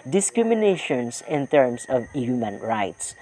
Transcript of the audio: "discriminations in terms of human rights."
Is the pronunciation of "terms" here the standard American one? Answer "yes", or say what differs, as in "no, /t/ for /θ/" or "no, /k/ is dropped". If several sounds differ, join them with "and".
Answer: no, /s/ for /z/